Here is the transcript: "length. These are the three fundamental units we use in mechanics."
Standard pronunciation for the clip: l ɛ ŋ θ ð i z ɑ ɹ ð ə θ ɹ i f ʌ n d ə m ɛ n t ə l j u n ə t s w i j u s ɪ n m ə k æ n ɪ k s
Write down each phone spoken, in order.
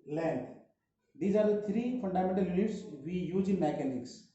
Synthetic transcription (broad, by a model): l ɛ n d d i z ɑ ɹ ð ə t ɹ i f ʌ n d ə m ɛ n t ə l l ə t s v i j u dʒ ɪ n m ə k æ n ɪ k s